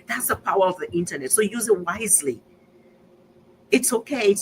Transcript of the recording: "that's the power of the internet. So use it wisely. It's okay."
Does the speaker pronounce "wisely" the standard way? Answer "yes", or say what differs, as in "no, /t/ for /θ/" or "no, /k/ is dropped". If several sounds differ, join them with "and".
yes